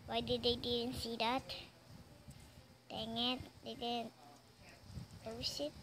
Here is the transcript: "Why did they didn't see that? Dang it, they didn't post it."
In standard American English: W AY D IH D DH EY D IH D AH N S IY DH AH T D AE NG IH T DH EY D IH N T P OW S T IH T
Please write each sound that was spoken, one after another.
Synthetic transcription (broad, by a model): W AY D IH D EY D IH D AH N S IY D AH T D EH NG IH T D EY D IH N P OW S IH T